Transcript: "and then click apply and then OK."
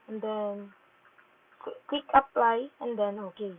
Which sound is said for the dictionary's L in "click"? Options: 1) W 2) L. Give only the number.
1